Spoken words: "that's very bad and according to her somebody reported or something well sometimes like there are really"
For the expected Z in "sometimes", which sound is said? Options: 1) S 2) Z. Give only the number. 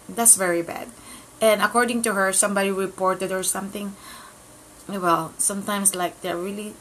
1